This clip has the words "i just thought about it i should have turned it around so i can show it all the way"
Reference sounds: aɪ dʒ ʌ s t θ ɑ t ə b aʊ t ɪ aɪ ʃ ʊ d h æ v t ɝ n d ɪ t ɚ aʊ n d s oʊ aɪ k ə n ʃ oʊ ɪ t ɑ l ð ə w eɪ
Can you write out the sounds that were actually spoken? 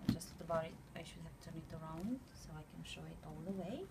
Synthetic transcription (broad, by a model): dʒ ʌ s t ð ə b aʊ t ɪ aɪ ʃ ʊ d h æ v t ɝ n ɪ t ɚ aʊ n d s oʊ aɪ k ə n ʃ oʊ ɪ t ɑ l ð ə w eɪ